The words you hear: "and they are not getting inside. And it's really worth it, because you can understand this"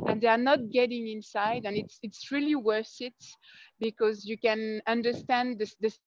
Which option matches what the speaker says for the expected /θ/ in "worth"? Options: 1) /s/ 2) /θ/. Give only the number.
1